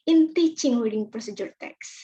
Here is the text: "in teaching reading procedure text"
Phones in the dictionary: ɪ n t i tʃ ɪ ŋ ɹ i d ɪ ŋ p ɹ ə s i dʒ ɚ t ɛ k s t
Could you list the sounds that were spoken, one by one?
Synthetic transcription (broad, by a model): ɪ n t i tʃ ɪ ŋ w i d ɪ ŋ p ɹ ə s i dʒ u t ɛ k s